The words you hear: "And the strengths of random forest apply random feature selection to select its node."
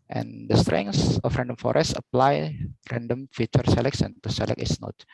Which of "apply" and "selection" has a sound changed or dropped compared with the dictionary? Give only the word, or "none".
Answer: selection